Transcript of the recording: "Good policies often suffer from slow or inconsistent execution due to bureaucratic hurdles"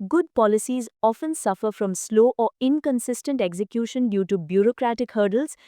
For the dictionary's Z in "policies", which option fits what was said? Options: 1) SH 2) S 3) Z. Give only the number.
3